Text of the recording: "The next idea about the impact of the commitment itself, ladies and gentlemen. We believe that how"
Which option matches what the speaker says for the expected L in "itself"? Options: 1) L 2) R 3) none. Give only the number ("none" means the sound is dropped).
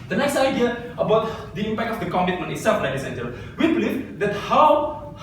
3